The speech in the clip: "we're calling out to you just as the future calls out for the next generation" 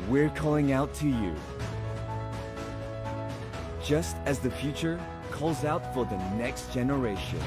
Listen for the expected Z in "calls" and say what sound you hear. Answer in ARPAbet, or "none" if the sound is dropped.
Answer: Z